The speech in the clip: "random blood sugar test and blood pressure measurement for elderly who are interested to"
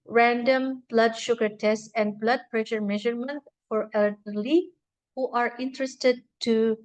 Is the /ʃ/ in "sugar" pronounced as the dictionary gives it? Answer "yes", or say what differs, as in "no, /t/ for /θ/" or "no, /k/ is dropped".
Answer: yes